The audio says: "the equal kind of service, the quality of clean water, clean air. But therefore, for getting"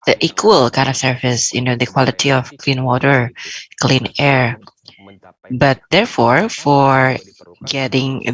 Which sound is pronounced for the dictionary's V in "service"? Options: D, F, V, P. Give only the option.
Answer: F